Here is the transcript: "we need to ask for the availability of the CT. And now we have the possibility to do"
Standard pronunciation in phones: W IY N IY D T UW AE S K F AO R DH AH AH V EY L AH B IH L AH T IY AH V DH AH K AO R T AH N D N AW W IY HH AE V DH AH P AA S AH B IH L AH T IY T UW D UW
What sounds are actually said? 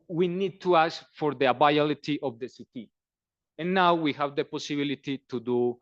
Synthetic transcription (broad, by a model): W IY N IY D T UW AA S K F AO R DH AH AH B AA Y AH L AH T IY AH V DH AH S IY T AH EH N AW W IY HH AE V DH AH P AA S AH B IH L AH T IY T UW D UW